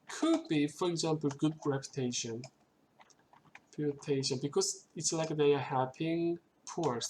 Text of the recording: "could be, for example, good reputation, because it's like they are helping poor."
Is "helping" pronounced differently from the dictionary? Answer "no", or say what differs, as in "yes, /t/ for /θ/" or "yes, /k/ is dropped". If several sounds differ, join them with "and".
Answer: yes, /l/ is dropped